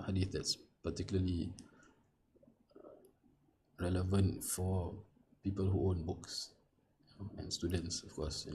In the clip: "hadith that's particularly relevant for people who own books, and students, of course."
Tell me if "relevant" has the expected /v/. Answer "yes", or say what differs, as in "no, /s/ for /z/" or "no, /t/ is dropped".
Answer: yes